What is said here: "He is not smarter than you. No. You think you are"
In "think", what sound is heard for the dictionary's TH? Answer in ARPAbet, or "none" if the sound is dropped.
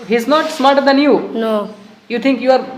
T